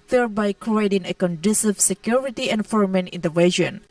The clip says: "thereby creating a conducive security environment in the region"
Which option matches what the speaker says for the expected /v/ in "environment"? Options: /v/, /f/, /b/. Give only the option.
/f/